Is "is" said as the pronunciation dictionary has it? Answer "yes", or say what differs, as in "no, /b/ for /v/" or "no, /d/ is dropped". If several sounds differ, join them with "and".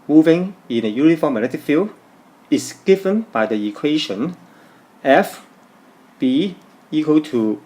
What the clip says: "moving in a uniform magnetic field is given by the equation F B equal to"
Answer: no, /s/ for /z/